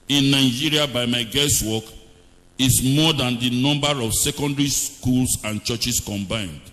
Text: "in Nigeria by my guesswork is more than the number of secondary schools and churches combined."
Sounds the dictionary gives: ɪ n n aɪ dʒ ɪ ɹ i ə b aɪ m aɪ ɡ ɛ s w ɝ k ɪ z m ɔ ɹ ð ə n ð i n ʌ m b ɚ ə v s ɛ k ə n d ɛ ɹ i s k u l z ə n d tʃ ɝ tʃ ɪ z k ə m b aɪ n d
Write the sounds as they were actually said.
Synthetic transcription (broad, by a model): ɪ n n aɪ dʒ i ɹ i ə b aɪ m aɪ ɡ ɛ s w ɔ k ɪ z m ɔ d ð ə n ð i n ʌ m b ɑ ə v s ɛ k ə n d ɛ ɹ i s k u l s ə n tʃ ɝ tʃ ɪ s k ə m b aɪ n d